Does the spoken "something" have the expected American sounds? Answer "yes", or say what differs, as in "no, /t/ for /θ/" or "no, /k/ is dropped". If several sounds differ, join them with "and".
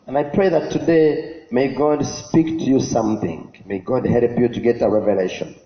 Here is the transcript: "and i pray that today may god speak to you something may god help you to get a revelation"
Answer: yes